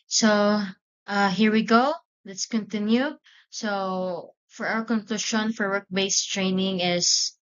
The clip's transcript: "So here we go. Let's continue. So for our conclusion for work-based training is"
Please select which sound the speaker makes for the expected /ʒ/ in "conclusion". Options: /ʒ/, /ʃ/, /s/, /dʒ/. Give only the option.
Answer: /ʃ/